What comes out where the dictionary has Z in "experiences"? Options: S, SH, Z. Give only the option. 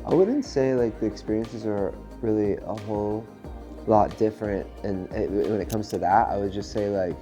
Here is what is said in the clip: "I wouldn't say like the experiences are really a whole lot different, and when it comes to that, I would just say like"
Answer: Z